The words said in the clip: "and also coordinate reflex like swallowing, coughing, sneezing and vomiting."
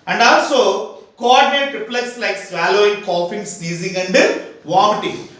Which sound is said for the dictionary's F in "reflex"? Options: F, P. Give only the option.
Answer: P